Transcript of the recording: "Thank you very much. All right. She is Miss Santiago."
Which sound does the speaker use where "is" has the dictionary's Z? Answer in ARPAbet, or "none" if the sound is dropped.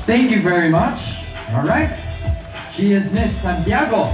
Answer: Z